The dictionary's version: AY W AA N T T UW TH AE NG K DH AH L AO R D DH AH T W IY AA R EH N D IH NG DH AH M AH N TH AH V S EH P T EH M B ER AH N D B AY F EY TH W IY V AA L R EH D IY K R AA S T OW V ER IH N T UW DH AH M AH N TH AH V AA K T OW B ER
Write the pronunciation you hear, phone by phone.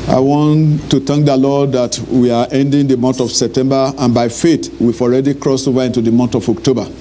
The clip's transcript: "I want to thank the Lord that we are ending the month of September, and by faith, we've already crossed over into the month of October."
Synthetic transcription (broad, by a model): AY W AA N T T UW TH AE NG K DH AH L AO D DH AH T W IY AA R EH N D IH NG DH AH M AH N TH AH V S EH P T EH M B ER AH N B AY F EY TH W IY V AA L R EH D IY K R AA S OW V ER IH N T UW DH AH M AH N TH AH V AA K T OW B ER